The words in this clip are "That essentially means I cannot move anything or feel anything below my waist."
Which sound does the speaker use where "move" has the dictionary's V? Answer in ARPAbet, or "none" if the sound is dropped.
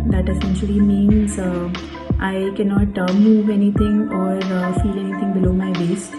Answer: V